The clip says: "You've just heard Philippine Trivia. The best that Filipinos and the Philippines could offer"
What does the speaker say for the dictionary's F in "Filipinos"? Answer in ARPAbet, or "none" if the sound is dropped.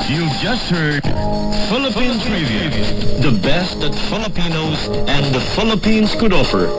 F